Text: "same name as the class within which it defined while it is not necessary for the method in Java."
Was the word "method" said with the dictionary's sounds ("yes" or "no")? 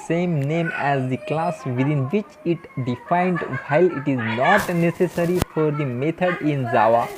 no